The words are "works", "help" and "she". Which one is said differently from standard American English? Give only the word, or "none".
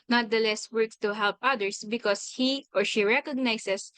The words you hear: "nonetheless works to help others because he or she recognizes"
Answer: works